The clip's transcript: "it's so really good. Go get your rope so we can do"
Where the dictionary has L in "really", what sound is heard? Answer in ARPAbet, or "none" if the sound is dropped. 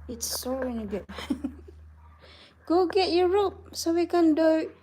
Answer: N